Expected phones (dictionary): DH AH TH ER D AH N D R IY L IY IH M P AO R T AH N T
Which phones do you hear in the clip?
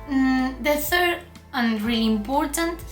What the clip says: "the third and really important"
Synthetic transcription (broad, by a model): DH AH TH ER D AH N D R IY IY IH M P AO R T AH N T